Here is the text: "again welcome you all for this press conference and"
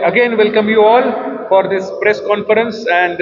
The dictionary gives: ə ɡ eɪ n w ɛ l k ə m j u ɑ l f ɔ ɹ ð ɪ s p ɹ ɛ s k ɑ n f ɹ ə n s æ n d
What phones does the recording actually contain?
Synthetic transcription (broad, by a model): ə ɡ eɪ n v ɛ l k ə m j u ɑ l f ɔ ɹ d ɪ s p ɹ ɛ s k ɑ n f ɹ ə n s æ n d